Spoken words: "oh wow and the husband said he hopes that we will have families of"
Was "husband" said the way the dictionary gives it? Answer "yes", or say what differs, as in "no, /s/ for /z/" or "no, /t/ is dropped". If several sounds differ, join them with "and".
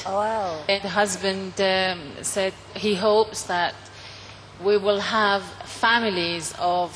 yes